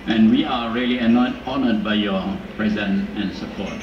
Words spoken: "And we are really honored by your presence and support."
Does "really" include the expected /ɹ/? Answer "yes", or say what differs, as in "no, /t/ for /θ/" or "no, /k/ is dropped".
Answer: no, /l/ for /ɹ/